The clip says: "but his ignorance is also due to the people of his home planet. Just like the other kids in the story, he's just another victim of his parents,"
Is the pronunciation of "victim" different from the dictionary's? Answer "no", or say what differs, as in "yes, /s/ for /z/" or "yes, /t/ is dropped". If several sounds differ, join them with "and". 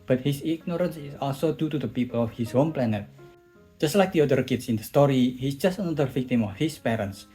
no